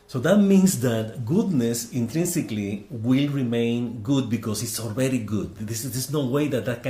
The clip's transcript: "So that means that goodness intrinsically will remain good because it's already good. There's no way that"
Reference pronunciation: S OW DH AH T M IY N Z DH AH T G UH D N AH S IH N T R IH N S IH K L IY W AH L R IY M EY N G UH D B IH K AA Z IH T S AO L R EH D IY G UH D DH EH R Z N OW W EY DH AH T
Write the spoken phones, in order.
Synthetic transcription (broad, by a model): S OW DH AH T M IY N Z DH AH T G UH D N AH S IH N T R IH N S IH K L IY W AH L R IY M EY N G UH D B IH K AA S IH T S AO L R EH D IY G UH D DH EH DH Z N OW W EY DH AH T